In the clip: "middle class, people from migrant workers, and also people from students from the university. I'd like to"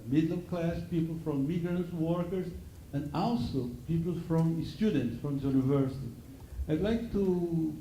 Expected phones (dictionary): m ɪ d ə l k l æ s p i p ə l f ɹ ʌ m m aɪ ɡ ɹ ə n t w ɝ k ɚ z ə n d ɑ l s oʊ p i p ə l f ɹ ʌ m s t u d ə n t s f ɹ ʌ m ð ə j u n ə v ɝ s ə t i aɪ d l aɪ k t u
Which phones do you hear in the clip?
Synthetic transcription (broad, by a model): m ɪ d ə k l æ s p i p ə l f ɹ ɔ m m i ɡ ɹ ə n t w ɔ k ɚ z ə n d ɑ l s oʊ p i p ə l f ɹ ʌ m s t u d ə n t s f ɹ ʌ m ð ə j u n ə v ɝ s ə t i aɪ d l aɪ k t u